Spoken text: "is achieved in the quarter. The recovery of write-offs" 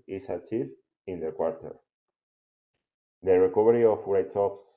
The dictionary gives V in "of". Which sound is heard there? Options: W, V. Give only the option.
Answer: W